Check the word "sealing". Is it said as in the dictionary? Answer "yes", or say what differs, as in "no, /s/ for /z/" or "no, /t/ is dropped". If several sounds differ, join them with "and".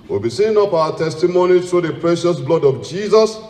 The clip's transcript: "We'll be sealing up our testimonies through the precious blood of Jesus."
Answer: no, /n/ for /l/